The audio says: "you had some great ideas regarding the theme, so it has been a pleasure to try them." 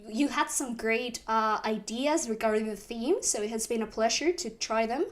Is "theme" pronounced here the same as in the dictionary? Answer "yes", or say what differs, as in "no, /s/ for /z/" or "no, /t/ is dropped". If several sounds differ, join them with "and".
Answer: yes